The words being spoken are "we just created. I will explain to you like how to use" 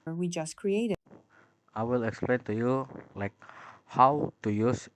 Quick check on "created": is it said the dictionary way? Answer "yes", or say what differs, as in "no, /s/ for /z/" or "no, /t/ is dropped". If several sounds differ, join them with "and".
no, /d/ is dropped